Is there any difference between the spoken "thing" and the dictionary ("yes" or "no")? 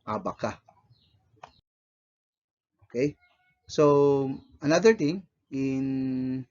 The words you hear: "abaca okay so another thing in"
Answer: yes